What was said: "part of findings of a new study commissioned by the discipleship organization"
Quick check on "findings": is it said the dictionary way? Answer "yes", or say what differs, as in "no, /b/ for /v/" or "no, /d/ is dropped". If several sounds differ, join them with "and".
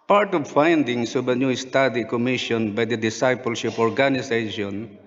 no, /s/ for /z/